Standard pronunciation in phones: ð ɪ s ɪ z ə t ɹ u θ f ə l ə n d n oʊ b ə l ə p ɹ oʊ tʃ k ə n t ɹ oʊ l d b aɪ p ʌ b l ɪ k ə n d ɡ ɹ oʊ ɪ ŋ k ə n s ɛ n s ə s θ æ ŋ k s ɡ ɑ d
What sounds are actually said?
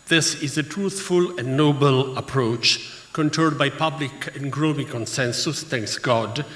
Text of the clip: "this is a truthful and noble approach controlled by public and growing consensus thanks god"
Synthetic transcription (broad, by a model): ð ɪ s ɪ z ə t ɹ u θ f ə l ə n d n oʊ b ə l ə p ɹ oʊ tʃ k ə n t oʊ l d b aɪ p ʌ b l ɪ k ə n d ɡ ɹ oʊ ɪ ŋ k ə n s ɛ n s ə s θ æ ŋ k s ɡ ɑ d